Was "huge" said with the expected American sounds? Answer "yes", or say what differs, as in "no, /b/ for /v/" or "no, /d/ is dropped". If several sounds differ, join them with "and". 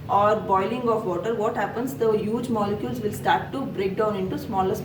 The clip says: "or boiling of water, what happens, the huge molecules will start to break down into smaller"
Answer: yes